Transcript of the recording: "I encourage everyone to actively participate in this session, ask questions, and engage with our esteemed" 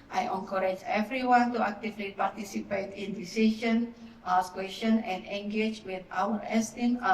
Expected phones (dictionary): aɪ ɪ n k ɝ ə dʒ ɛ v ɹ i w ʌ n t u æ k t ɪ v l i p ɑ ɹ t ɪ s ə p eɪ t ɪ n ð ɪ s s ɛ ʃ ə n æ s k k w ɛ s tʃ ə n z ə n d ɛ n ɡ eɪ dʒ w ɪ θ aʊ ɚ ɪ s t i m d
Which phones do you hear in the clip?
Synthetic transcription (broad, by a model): aɪ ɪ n k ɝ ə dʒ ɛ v ɹ i w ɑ n t u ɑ k t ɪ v l i p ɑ ɹ t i s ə p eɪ t ɪ n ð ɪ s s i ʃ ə n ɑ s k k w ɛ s ə n ə n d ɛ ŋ ɡ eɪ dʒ w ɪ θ aʊ ɚ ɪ s t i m